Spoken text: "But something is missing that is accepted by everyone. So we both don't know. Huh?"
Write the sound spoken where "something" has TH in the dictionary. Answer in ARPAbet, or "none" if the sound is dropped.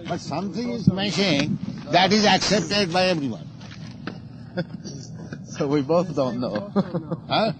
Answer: T